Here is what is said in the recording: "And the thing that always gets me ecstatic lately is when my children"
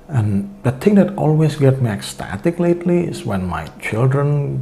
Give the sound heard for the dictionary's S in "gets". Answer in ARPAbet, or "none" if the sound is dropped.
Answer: none